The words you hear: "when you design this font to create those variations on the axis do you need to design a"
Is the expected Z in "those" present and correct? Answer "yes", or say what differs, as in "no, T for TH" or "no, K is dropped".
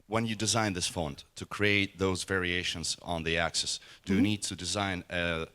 yes